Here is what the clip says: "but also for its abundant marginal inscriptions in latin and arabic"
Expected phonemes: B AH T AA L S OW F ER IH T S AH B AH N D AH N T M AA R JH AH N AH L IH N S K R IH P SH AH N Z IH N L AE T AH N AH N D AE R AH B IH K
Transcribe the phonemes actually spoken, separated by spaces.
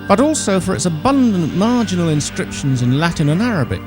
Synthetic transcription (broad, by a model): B AH T AA L S OW F ER IH T S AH B AH N D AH N M AA R JH AH N AH L IH N S K R IH P SH AH N Z IH N L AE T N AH N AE R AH B IH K